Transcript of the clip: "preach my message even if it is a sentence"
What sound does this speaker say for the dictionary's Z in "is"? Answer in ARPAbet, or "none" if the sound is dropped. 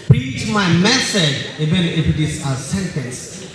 S